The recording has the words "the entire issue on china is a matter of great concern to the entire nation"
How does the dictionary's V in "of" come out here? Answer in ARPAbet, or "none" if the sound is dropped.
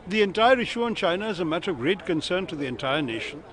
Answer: V